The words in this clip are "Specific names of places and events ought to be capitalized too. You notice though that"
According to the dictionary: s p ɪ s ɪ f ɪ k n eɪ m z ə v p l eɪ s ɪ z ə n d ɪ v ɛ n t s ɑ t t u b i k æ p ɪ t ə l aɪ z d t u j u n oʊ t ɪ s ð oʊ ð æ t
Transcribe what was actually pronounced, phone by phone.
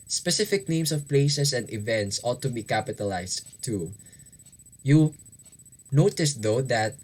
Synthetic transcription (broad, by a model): s p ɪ s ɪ f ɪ k n eɪ m s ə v p l eɪ s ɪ s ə n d ɪ v ɛ n t s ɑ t t u b i k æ p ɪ t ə l aɪ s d t u j u n oʊ t ɪ s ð oʊ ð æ t